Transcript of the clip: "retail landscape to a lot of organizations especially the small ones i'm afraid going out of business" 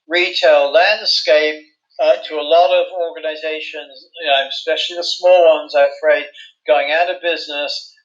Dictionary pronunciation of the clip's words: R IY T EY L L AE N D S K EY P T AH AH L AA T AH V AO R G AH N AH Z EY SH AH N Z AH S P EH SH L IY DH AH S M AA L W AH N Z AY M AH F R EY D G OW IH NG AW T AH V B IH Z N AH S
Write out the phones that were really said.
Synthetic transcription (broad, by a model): R IY T EY L L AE N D S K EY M T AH AH L AA T AH V AO R G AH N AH Z EY SH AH N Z AH S P EH SH L IY DH AH S M AA L W AH N Z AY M AH F R EY D G OW IH NG AW T AH V B IH Z N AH S